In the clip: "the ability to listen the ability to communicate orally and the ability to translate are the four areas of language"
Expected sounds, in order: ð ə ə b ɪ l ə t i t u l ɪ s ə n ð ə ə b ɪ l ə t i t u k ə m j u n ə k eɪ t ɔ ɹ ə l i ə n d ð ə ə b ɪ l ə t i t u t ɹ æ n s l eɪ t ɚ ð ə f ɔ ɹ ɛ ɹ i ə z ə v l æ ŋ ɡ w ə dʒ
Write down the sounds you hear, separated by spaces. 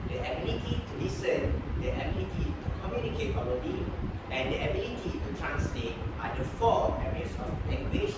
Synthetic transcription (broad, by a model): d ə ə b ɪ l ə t i t u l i s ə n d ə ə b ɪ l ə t i t u k ə m j u n ə k eɪ t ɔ ə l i ə n d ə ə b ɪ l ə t i t u t ɹ æ n s l eɪ t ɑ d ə f ɔ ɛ ɹ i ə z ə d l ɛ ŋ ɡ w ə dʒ